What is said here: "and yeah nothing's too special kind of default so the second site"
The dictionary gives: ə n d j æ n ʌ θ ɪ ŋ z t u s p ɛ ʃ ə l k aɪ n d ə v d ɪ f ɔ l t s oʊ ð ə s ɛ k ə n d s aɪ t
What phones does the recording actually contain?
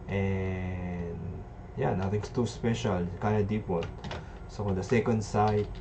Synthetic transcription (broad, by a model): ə n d j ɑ n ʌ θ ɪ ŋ s t u s p ɛ ʃ ə l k aɪ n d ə d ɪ p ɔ t s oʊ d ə s ɛ k ə n d s aɪ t